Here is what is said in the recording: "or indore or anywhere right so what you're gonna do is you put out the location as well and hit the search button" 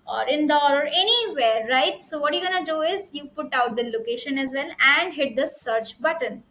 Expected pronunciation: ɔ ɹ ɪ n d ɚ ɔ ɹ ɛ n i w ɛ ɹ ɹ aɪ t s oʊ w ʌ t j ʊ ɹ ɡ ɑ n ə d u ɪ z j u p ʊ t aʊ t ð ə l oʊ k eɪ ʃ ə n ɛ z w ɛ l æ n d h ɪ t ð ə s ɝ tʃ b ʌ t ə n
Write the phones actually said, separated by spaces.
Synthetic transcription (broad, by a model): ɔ ɹ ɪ n d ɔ ɔ ɹ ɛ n i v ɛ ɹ ɹ aɪ t s oʊ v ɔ t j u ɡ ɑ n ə d u ɪ z j u p ʊ t aʊ t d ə l oʊ k eɪ ʃ ə n ɛ z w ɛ l æ n d h ɪ t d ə s ɝ tʃ b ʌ t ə n